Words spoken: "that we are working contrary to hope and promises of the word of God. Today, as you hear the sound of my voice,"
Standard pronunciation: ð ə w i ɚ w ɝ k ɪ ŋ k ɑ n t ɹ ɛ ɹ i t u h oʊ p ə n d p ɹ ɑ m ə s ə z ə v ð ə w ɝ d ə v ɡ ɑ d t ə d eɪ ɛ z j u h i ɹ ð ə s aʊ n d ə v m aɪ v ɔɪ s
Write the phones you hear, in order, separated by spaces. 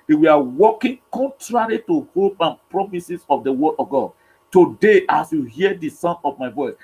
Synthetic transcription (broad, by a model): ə w i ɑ w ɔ k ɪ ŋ k ɑ n t ɹ ɛ ɹ i t u h oʊ p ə n p ɹ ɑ m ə s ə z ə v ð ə w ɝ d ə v ɡ ɑ d t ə d eɪ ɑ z j u h i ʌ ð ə s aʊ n ə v m aɪ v ɔɪ s